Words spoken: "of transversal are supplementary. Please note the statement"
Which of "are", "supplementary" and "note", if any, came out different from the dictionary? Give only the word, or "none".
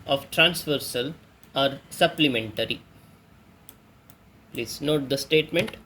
none